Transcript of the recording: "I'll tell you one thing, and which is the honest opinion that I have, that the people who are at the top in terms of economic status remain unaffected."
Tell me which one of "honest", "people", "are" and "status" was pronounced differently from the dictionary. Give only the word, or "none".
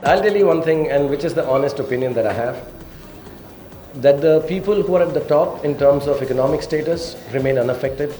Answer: none